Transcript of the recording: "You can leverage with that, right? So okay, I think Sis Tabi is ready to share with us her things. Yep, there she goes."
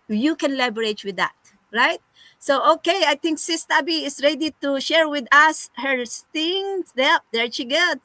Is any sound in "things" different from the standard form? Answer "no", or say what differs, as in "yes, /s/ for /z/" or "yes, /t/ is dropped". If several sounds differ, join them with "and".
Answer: yes, /t/ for /θ/